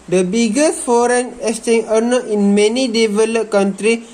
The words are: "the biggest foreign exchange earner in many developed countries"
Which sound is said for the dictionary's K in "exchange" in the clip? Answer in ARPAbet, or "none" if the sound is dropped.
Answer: none